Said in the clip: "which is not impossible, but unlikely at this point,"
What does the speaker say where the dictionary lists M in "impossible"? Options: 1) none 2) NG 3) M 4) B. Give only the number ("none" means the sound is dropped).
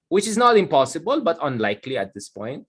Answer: 3